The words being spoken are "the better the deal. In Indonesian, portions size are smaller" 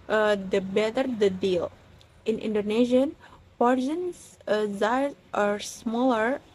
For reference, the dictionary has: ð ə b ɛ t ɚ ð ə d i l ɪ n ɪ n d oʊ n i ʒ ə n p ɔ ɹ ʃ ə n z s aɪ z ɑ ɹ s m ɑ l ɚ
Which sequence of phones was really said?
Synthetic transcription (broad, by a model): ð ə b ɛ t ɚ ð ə d i l ɪ n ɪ n d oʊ n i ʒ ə n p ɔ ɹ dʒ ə n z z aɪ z ɑ ɹ s m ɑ l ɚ